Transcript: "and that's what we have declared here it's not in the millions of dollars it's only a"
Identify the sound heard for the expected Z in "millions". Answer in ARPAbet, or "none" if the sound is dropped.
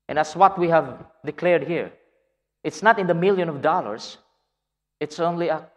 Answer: none